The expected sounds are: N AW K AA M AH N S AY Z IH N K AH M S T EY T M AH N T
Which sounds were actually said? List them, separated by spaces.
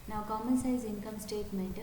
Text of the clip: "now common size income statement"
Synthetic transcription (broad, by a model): N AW K AA M AH N S AY Z IH N K AH M S T EY T M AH N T